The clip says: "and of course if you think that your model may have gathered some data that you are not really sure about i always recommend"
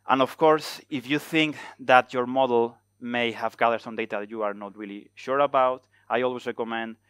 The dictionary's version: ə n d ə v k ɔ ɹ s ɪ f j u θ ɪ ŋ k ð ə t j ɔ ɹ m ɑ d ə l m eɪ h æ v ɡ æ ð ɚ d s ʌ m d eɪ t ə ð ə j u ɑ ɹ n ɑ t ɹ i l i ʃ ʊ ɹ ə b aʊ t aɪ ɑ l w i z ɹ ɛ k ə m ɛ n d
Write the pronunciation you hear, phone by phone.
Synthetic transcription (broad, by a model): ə n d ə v k ɔ ɹ s ɪ f j u θ ɪ ŋ k ð ə t j ɔ ɹ m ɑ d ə l m eɪ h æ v ɡ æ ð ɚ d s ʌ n d eɪ t ə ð j u ɑ ɹ n ɑ t ɹ i l i ʃ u ɹ ə b aʊ t aɪ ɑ l w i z ɹ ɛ k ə m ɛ n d